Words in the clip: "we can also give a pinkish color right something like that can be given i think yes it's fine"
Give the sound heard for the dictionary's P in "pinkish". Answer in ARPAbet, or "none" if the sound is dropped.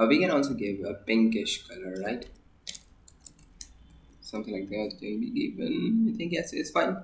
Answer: B